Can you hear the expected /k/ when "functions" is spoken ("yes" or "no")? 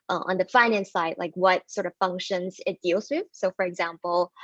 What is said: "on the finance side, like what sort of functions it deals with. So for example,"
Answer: yes